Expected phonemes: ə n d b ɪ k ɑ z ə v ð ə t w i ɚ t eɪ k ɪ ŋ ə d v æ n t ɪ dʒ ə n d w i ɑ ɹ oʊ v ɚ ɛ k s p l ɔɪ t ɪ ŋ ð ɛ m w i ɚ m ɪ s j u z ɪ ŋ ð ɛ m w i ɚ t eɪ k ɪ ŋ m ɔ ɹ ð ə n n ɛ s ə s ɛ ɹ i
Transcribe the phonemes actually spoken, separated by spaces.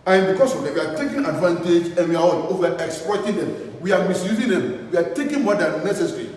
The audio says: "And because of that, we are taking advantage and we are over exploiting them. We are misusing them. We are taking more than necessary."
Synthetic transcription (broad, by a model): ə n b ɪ k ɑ s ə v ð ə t w i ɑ t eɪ k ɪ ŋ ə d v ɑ n t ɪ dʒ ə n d w i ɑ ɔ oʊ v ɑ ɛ k s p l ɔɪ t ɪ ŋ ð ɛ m w i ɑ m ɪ s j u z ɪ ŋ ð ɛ m w i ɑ t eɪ k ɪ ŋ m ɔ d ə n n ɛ s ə s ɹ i